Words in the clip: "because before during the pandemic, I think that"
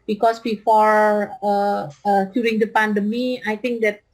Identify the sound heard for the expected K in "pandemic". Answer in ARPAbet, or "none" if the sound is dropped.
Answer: none